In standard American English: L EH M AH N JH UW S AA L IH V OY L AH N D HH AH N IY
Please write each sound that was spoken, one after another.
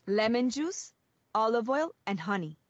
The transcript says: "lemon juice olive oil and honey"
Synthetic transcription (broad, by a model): L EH M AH N JH UW S AA L IH V OY L AH N D HH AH N IY